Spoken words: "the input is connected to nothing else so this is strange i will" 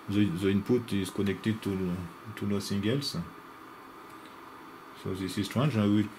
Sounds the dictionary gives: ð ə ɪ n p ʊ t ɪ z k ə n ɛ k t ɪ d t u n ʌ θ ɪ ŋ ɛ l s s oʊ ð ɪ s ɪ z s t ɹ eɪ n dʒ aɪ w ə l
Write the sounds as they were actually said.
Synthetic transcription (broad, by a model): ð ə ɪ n p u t ɪ z k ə n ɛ k t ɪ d t u l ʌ s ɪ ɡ ɛ l s s oʊ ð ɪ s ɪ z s t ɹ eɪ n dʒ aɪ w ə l